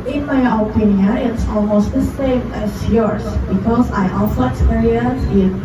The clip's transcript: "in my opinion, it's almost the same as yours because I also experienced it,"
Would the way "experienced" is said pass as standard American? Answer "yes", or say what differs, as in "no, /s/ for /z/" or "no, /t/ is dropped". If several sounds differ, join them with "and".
no, /t/ is dropped